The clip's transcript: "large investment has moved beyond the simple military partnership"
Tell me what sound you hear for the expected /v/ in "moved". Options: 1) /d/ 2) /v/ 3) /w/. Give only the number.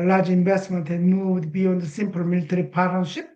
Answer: 3